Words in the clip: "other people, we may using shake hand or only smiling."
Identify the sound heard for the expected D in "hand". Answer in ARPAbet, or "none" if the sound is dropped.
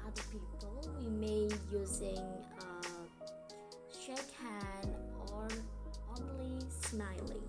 none